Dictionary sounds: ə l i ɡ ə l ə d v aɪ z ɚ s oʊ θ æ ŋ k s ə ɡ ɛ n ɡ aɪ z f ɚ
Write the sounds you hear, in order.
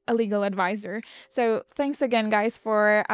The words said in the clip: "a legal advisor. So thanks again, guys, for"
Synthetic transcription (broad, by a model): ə l i ɡ l ə d v aɪ z ɚ s oʊ θ æ ŋ k s ə ɡ ɛ n ɡ aɪ z f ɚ